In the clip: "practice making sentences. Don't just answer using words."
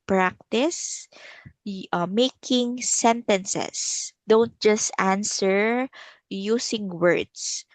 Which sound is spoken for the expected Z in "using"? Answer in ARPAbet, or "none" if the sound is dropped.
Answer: S